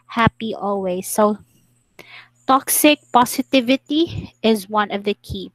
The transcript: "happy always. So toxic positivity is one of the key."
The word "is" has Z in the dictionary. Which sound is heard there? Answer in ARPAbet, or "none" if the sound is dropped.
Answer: Z